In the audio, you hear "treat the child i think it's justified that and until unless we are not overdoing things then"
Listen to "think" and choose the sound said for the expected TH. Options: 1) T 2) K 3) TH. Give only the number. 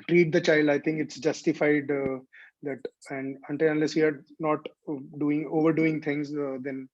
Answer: 1